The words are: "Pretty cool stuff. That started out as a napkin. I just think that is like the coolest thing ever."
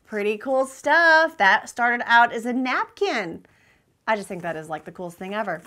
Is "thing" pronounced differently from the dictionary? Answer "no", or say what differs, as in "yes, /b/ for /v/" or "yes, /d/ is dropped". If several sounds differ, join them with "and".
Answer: no